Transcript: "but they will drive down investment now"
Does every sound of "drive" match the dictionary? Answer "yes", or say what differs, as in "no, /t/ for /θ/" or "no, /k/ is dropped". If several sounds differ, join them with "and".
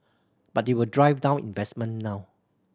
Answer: yes